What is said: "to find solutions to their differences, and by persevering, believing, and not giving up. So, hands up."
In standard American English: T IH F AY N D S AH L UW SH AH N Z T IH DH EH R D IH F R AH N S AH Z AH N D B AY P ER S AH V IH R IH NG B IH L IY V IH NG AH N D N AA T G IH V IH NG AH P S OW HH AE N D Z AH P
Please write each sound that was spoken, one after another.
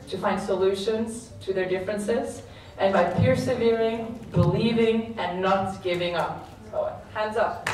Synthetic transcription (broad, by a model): T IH F AY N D S AH L UW SH AH N Z T IH DH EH R D IH F R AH N S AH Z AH N B AY P ER S AH V IH R IH NG B IH L IY V IH NG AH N N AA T G IH V IH NG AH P S OW HH AE N D Z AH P